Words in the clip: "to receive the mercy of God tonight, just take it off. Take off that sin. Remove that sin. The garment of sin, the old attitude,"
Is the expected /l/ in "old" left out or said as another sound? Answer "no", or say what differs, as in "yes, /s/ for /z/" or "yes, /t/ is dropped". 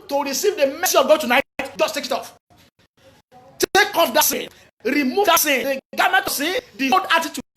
yes, /l/ is dropped